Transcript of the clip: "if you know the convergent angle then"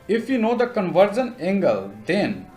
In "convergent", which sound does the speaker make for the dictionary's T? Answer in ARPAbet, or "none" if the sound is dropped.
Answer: none